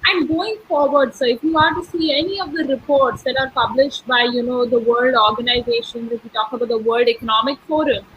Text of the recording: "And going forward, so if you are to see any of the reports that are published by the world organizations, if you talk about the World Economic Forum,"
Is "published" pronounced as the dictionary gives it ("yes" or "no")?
yes